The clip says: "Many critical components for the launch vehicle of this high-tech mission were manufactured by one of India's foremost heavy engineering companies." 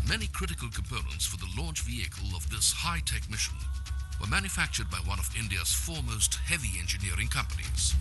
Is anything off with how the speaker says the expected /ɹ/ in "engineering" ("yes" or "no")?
no